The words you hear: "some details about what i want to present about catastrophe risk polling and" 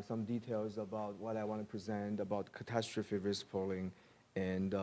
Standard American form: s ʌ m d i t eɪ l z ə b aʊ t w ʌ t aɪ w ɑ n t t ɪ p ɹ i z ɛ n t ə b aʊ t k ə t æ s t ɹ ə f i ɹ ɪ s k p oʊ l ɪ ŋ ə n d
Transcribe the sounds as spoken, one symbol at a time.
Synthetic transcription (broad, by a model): s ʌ m d i t eɪ l z ə b aʊ t w ʌ t aɪ w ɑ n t t ɪ p ɹ i z ɛ n t ə b aʊ t k ə t æ s t ɹ ə f i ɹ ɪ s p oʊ l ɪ ŋ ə n